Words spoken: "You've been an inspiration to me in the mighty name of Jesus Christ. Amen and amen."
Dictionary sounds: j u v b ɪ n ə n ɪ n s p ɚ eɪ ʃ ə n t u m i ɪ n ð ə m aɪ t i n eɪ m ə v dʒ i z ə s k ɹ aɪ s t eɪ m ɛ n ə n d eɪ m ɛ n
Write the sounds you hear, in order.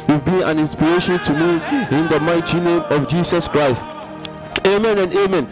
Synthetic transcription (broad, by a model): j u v b ɪ n ə n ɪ n s p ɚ eɪ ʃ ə n t u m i ɪ n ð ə m aɪ t i n eɪ m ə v dʒ i s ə s k ɹ aɪ s t eɪ m ɛ n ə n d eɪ m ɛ n